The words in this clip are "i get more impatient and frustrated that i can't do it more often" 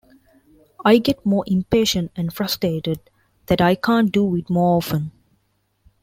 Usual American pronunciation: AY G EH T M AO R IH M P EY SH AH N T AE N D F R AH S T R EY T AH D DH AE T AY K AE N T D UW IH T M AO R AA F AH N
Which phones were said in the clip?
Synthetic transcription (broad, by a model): AY G EH T M AO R IH M P EY SH AH N T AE N D F R AH S T R EY T AH D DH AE T AY K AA N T D UW IH T M AO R AA F AH N